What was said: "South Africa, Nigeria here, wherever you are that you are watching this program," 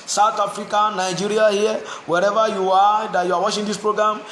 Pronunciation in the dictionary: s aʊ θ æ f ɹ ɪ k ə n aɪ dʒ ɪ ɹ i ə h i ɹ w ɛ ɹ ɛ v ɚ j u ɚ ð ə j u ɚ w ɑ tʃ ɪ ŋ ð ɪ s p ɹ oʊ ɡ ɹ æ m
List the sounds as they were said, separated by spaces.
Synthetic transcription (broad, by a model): s aʊ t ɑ f ɹ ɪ k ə n aɪ dʒ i ɹ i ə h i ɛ w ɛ ɹ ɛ v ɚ j u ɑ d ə j u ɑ w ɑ ʃ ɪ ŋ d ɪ s p ɹ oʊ ɡ ɹ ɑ m